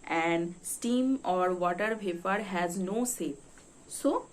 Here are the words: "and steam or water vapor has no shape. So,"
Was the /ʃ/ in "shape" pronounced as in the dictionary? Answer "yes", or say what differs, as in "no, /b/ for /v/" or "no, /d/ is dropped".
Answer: no, /s/ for /ʃ/